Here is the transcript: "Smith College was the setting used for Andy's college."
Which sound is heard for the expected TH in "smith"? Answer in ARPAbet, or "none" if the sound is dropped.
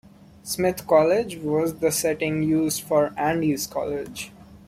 T